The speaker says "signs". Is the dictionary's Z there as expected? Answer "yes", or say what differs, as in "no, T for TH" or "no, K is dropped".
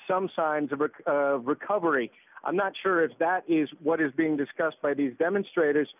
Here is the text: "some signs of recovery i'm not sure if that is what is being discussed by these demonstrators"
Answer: yes